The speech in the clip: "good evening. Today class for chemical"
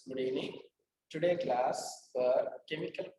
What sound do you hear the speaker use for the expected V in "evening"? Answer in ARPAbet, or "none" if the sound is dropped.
none